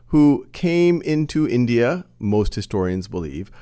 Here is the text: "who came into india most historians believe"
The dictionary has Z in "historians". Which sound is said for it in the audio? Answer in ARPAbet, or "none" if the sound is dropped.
Z